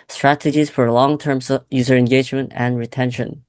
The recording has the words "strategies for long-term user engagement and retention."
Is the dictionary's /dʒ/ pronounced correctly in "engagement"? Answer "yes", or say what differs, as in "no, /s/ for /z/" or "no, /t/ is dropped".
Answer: yes